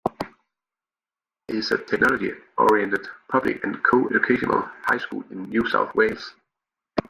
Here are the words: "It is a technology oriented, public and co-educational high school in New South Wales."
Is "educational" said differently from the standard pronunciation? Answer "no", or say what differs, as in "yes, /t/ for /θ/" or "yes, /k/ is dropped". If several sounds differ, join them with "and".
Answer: yes, /dʒ/ is dropped